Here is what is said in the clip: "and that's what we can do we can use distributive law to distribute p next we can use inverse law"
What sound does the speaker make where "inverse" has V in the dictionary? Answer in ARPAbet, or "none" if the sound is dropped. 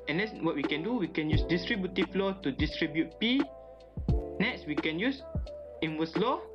W